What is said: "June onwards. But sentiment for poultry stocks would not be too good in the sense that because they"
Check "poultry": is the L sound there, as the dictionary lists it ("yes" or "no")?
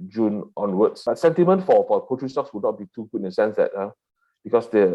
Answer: no